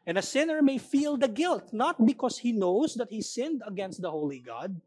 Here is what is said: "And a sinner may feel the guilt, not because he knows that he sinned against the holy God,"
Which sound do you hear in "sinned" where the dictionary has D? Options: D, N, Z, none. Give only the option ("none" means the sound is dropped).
D